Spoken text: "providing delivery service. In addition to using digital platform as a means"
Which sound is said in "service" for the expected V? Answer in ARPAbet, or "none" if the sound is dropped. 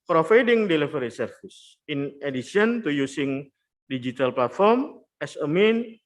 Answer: F